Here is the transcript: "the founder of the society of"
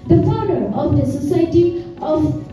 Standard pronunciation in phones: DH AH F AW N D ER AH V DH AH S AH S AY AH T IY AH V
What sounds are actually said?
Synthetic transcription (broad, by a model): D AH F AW D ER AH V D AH S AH S AY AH T IY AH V